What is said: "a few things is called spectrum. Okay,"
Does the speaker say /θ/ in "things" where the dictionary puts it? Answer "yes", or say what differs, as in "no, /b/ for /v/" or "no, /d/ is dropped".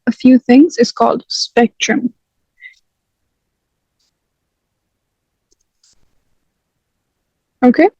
yes